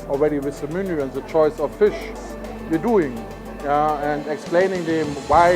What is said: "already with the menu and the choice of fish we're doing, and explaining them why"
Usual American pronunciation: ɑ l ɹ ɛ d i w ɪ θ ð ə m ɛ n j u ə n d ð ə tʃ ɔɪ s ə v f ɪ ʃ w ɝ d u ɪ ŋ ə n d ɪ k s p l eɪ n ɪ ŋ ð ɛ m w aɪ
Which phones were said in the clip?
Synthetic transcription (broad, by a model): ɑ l ɹ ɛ d i w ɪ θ ð ə m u n j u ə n ð ə tʃ ɔɪ s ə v f ɪ ʃ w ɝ d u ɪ ŋ ə n d ɪ k s p l eɪ n ɪ ŋ ð ɛ m w aɪ